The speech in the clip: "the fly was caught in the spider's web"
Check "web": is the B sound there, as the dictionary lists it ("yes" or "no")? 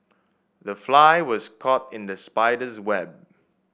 yes